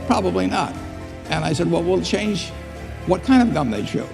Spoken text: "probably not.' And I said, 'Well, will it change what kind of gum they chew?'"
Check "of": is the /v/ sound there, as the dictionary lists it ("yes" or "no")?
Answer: yes